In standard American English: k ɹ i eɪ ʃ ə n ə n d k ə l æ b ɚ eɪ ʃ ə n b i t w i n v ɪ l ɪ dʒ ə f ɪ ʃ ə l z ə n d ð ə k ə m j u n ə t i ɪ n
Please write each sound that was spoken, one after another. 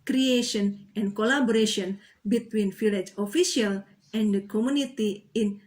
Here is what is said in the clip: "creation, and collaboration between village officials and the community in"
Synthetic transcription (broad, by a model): k ɹ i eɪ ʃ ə n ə n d k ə l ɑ b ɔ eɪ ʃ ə n b i t w i n f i l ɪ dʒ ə f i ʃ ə l ə n d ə k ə m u n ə t i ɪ n